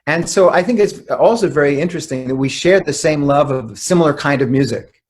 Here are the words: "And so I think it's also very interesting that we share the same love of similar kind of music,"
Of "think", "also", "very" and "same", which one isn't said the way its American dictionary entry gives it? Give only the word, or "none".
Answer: none